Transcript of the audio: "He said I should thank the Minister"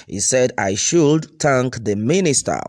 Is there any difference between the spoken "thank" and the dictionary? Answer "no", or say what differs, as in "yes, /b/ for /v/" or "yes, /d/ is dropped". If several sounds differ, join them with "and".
yes, /t/ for /θ/